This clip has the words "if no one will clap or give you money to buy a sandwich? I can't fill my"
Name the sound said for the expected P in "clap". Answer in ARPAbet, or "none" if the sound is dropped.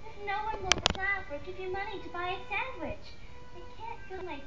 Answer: F